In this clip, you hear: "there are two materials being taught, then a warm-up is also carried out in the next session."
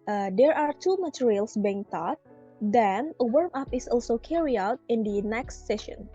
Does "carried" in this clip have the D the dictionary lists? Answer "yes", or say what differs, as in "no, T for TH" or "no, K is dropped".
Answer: no, D is dropped